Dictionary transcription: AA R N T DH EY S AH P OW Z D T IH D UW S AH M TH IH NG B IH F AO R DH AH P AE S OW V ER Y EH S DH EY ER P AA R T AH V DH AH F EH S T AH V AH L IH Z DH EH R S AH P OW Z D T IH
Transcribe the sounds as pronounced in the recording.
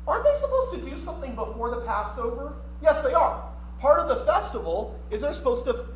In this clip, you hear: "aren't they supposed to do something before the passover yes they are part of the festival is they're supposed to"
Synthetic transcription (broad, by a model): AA R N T DH EY S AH P OW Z T IH D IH S AH M TH IH NG B IH F AO R DH AH P AE S OW V ER Y EH S DH EY ER P AA R T AH V DH AH F EH S T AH V L IH Z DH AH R S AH P OW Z T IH